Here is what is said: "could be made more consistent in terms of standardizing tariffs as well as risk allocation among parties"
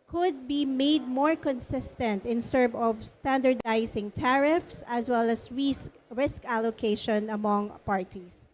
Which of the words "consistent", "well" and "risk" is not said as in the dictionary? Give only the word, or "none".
none